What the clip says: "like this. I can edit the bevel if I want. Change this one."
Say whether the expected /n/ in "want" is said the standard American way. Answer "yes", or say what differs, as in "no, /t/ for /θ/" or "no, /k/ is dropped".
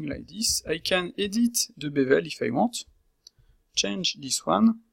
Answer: no, /n/ is dropped